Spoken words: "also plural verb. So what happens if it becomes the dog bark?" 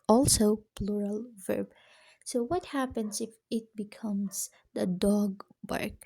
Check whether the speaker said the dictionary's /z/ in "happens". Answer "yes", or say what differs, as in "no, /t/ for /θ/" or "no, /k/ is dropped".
no, /s/ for /z/